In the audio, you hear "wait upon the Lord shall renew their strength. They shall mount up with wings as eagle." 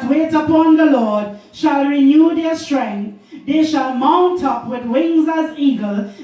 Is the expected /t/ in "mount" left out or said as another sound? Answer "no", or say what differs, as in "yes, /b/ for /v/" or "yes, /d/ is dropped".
no